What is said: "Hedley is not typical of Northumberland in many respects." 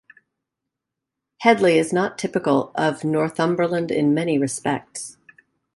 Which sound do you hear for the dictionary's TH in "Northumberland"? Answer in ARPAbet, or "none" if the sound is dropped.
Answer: TH